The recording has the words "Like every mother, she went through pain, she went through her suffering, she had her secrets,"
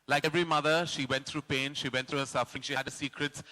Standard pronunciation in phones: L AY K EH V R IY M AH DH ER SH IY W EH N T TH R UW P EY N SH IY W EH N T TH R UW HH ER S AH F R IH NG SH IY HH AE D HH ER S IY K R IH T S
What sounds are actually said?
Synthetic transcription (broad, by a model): L AY K EH V R IY M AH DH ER SH IY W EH N T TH R UW P EY N SH IY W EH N T R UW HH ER S AH F R IH NG SH IY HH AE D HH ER S IY K R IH T S